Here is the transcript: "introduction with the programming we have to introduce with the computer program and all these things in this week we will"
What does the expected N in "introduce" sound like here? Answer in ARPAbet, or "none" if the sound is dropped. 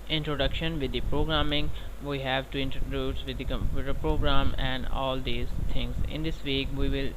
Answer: N